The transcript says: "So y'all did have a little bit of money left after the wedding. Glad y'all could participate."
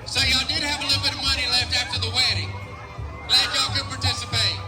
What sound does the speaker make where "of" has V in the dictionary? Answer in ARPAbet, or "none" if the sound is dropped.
V